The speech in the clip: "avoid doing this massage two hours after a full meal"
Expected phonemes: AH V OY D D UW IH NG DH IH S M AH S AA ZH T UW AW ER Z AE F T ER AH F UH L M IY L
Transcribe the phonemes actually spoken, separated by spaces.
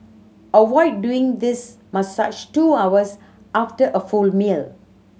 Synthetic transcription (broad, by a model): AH W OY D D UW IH NG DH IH S M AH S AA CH T UW AW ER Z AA F T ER AH F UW L M IY L